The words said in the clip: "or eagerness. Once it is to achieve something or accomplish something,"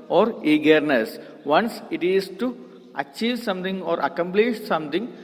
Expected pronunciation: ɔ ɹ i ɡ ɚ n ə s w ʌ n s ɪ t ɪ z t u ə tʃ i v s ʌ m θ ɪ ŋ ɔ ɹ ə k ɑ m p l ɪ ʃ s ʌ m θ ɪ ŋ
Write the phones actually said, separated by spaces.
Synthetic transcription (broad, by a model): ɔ ɹ i ɡ ɚ n ə s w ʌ n s ɪ t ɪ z t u ə tʃ i v s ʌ m t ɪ ŋ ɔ ɹ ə k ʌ m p l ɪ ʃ s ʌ m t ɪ ŋ